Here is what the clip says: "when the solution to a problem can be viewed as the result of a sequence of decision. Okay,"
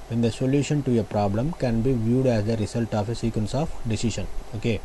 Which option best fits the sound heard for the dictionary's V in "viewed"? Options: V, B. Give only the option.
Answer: V